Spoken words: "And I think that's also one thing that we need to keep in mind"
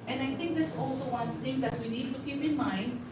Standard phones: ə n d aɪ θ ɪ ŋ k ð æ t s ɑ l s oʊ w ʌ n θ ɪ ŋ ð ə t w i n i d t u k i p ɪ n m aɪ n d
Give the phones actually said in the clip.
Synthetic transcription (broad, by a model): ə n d aɪ t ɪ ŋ k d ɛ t s ɑ l s oʊ w ʌ n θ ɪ ŋ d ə t w i n i d t u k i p ɪ n m aɪ n d